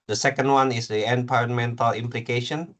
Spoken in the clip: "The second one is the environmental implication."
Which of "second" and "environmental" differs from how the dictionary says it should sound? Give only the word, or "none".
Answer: environmental